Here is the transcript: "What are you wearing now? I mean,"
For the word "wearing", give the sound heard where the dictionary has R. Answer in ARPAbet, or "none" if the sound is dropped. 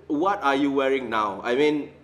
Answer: R